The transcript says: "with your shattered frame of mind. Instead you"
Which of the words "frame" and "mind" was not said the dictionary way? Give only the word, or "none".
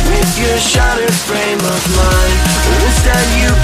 mind